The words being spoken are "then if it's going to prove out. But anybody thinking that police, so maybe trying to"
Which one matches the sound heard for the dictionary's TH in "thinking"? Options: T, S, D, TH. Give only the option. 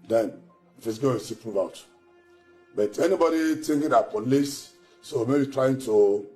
T